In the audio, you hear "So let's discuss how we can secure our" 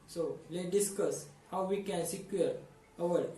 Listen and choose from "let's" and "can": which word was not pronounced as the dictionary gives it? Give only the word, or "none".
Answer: let's